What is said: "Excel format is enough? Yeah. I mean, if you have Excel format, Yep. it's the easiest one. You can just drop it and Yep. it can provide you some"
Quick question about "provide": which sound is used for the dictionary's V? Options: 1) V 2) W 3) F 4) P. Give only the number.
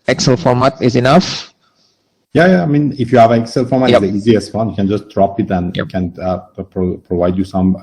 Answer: 1